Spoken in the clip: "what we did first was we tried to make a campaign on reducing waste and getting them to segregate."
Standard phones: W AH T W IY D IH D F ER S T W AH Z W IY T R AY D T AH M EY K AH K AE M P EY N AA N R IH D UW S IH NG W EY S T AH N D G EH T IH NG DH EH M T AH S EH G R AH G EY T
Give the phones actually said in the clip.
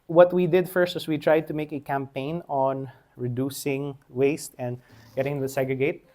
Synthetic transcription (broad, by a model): W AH T W IY D IH D F ER S T W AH S W IY T R AY D T AH M EY K AH K AE M P EY N AA N R IH D UW S IH NG W EY S T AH N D G EH T IH NG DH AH S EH G R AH G EY T